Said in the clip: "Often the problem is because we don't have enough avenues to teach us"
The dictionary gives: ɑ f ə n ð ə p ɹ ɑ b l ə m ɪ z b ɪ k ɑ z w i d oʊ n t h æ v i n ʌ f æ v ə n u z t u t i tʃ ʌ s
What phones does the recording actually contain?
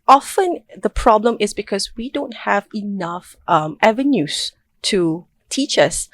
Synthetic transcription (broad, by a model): ɑ f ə n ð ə p ɹ ɑ b l ə m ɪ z b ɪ k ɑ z w i d oʊ n t h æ v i n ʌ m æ v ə n u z t u t i tʃ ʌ s